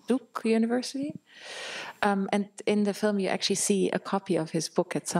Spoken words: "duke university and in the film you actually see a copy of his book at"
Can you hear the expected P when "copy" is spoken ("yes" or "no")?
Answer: yes